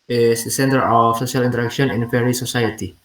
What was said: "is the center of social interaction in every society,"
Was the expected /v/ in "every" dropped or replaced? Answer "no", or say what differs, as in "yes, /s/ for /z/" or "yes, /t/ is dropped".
yes, /v/ is dropped